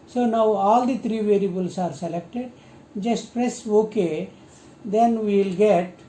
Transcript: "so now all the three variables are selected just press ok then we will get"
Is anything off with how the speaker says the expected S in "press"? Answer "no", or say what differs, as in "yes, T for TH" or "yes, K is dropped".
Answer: no